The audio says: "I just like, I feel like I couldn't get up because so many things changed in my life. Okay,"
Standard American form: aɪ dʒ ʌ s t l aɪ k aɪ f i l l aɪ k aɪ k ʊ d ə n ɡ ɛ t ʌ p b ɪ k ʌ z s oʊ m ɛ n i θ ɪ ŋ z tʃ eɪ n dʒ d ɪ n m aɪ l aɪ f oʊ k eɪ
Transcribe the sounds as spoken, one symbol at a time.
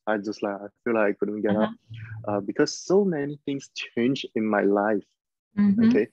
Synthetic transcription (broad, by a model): aɪ dʒ ʌ s t l aɪ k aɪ f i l l aɪ k aɪ k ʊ d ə n ɡ ɛ t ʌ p b ɪ k ʌ z s oʊ m ɛ n i θ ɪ ŋ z tʃ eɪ n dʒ ɪ n m aɪ l aɪ f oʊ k eɪ